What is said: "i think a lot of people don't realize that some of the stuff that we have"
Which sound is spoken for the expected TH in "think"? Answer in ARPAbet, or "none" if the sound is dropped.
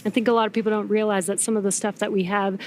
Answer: TH